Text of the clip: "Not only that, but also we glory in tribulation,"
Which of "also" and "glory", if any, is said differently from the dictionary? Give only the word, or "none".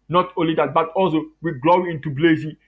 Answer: glory